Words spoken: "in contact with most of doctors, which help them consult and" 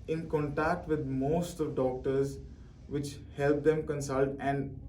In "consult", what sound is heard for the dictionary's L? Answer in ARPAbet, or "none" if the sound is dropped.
L